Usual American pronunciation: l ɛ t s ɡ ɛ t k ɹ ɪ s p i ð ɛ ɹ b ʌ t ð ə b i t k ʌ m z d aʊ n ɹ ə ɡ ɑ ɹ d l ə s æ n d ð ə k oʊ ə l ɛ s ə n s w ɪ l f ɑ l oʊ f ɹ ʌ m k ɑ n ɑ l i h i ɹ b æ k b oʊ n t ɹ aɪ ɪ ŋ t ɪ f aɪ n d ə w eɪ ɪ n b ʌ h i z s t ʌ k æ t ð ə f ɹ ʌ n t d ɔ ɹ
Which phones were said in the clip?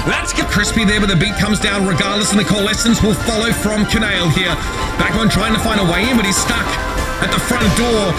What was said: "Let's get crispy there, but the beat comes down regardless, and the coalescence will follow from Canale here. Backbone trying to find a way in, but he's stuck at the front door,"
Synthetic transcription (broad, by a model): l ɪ t s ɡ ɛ k ɹ ɪ s p i ð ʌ ɹ b ʌ t ð ə b i t k ʌ m z d aʊ n ɹ ə ɡ ɑ ɹ d l ə s n ð ə k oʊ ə l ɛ s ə n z w ɪ l f ɑ l oʊ f ɹ ʌ m k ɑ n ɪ l h i ɹ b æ k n t ɹ aɪ ɪ ŋ t ɪ f aɪ n d ə w eɪ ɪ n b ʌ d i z s t ʌ k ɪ t ð ə f ɹ ʌ n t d ɔ ɹ